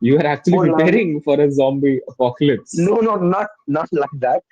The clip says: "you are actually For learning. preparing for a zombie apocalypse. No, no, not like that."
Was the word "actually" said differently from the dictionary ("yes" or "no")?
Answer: yes